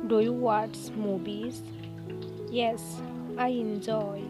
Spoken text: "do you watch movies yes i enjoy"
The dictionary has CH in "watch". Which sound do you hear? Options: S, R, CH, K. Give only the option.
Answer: S